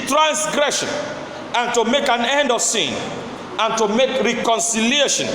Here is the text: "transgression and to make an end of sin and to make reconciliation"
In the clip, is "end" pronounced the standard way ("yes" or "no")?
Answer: yes